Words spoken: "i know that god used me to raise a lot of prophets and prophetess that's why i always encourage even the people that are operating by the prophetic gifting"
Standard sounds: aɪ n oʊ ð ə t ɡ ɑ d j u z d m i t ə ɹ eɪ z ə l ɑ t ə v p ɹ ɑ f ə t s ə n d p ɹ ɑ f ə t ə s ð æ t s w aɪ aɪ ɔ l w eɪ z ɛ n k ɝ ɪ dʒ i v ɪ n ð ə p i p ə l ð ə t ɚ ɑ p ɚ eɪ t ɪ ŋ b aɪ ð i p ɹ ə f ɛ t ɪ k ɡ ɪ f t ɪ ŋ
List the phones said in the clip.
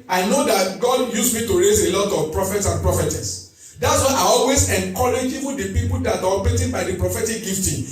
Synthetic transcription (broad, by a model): aɪ n oʊ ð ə t ɡ ɑ d j u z m i t ə ɹ eɪ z ə l ɑ t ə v p ɹ ɑ f ə t s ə n p ɹ ɑ f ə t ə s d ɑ t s w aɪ aɪ ɔ l w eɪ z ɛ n k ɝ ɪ dʒ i w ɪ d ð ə p i p ə l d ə t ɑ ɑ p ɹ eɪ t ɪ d b aɪ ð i p ɹ ə f ɛ t ɪ k ɡ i f t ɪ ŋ